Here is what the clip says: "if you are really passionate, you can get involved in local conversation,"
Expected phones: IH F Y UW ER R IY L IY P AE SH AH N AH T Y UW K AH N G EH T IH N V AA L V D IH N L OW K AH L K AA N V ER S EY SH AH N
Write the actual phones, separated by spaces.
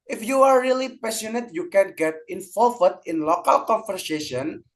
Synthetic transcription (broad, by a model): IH F Y UW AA R IY L IY P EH S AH N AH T Y UW K AH N G EH T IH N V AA L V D IH N L OW K AH L K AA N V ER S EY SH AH N